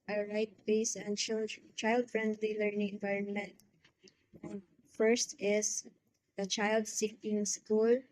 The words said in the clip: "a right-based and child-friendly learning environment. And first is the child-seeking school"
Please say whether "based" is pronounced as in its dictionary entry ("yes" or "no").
no